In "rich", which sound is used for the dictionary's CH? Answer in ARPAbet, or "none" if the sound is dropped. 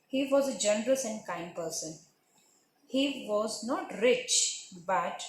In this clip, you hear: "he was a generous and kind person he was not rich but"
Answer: CH